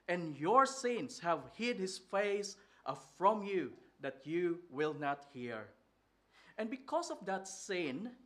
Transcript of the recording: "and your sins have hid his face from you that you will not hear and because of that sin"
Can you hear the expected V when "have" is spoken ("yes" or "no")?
yes